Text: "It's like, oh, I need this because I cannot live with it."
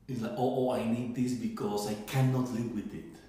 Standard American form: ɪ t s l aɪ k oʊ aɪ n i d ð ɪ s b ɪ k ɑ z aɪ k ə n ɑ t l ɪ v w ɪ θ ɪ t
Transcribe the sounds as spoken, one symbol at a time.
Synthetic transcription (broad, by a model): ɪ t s l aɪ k oʊ aɪ n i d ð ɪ s b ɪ k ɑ s aɪ k ə n ɑ t l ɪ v w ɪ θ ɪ t